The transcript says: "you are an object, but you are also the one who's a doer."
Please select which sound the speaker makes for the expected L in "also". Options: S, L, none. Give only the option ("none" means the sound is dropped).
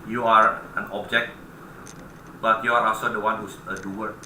none